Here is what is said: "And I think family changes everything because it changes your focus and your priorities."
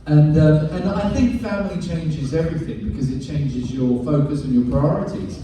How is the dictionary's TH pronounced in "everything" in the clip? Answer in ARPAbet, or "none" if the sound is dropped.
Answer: TH